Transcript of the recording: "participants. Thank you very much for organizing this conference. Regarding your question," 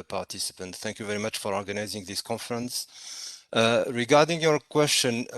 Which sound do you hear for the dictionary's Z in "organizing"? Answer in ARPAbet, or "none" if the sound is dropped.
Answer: Z